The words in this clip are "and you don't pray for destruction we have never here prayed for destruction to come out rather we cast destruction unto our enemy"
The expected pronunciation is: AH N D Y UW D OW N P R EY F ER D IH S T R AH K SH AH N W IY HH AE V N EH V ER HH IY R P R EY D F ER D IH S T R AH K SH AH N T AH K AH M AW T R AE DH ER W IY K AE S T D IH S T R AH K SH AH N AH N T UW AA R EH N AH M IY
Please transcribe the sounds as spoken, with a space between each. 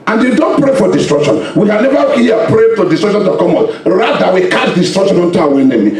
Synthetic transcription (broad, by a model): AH N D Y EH D OW N P R EY F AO D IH S T R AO K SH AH N W IY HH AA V N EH V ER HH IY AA P R EY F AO D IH S T R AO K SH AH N T AH K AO M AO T R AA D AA W IY K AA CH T D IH S T R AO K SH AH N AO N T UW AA W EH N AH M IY